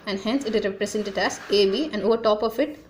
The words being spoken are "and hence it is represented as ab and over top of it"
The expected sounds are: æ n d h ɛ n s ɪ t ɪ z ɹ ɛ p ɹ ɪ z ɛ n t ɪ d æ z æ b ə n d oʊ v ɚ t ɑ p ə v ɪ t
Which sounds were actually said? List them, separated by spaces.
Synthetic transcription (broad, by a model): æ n d h ɛ n s ɪ t ɪ z ɹ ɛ p ɹ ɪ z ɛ n t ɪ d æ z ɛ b ə n d oʊ v ɚ t ɑ p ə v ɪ t